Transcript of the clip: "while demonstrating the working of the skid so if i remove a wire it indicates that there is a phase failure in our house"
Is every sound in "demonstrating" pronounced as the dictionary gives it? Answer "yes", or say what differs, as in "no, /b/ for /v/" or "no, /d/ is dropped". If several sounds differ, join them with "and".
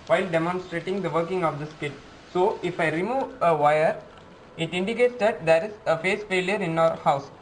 yes